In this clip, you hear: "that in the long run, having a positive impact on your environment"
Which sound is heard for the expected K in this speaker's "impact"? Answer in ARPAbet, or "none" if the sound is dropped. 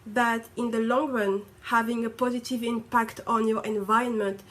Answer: K